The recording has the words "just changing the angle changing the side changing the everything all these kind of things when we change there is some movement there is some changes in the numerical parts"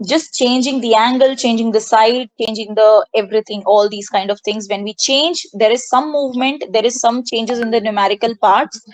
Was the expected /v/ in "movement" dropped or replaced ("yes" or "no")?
no